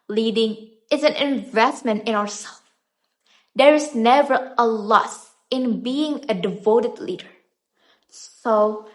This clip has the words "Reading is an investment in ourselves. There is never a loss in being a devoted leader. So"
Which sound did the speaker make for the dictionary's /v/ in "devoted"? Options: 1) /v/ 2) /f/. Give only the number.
1